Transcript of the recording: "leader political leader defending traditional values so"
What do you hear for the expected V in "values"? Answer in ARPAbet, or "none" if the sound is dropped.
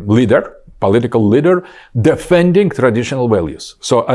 W